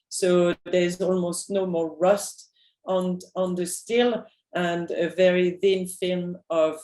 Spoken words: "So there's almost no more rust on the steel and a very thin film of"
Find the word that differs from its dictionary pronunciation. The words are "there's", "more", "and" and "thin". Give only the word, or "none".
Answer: none